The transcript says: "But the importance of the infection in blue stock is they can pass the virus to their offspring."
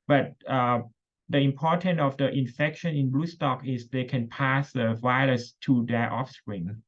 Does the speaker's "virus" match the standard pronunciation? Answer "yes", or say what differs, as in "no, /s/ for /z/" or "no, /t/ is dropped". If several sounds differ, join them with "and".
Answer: no, /l/ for /ɹ/